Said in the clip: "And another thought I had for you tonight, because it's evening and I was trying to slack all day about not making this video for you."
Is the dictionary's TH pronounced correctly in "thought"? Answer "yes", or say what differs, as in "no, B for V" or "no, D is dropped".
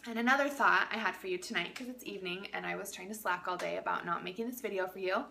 yes